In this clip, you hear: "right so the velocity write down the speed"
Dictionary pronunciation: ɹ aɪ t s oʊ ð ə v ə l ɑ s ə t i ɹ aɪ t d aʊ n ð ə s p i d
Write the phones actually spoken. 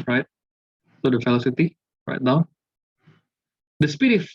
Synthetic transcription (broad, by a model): ɹ aɪ t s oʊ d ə f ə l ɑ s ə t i ɹ aɪ t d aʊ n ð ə s p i d